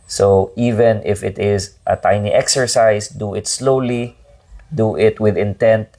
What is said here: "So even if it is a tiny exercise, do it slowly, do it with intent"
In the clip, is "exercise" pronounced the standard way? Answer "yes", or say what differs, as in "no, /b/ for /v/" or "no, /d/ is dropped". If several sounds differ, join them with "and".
no, /s/ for /z/